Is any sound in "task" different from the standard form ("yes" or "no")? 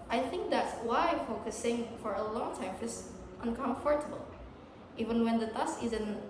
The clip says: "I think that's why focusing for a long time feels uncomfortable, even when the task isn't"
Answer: yes